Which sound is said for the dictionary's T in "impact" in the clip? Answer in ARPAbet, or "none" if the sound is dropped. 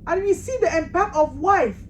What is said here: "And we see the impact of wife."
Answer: none